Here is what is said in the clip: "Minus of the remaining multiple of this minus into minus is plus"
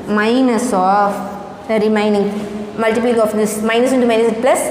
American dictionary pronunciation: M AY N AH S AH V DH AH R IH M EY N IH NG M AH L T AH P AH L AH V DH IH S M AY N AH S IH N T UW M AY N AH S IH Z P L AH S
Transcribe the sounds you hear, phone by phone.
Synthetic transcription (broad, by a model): M AY N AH S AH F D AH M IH IH N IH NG M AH L T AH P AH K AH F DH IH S M AY N AH S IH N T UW M AY N AH S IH P L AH S